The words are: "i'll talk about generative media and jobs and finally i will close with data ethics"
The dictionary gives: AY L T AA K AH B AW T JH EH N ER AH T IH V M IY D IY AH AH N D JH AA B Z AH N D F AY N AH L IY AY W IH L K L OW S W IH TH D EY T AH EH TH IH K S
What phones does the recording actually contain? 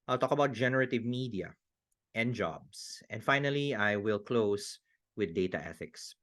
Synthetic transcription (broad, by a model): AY L T AA K AH B AW T JH EH N ER AH T IH V M IY D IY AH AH N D JH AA B S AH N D F AY N AH L IY AY W IH L K L OW S W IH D EY T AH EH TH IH K S